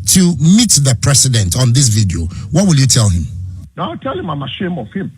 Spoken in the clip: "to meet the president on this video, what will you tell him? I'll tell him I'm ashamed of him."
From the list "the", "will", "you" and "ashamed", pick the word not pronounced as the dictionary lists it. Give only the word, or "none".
ashamed